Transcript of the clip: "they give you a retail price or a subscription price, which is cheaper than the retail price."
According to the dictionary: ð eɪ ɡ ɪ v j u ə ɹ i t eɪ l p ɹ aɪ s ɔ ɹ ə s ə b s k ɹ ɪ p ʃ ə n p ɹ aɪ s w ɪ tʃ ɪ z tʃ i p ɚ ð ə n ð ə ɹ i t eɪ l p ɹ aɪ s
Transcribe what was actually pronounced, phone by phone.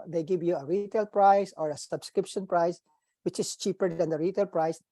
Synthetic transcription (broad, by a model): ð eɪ ɡ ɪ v j u ə ɹ i t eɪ l p ɹ aɪ s ɔ ɹ ə s ə b s k ɹ ɪ p ʃ ə n p ɹ aɪ s w ɪ tʃ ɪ s tʃ i p ɚ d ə n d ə ɹ i t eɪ l p ɹ aɪ s